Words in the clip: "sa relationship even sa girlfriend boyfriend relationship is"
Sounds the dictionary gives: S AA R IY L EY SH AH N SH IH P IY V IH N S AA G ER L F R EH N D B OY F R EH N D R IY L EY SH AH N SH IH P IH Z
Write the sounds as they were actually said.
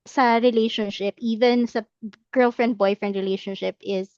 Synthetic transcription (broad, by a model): S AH R IY L EY SH AH N SH IH P IY V IH N S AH G ER L F R EH N D B OY F R EH N D R IY L EY SH AH N SH IH P IH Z